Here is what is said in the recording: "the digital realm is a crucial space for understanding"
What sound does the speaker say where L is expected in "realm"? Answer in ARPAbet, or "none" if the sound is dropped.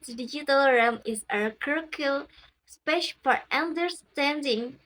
none